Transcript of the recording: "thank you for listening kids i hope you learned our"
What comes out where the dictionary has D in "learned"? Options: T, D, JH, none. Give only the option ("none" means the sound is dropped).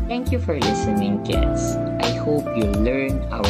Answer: none